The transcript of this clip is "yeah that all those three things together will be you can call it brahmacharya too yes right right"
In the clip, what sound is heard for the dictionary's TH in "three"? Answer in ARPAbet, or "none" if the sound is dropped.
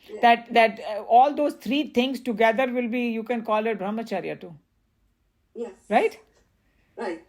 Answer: T